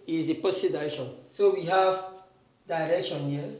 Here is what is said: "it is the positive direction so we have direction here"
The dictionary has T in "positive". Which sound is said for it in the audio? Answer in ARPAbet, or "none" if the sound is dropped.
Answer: S